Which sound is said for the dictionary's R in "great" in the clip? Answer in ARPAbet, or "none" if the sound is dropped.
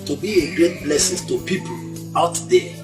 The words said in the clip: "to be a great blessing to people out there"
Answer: R